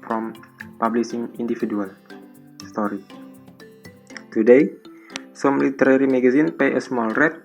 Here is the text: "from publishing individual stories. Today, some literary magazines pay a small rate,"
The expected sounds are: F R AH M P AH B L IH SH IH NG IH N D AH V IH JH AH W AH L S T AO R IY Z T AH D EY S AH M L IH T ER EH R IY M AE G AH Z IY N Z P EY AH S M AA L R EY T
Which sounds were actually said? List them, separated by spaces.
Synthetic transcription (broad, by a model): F R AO M P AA B L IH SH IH NG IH N D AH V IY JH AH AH L S T AO R IY T AH D EY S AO M L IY T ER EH R IY M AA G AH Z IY N P EY AH S M AA L R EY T